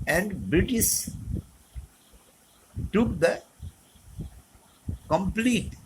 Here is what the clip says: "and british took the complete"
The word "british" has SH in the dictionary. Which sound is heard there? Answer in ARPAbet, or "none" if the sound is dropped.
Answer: S